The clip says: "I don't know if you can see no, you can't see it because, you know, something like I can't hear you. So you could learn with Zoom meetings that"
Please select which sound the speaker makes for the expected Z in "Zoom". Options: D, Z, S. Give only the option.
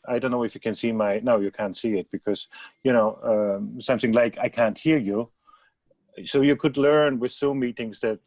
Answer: S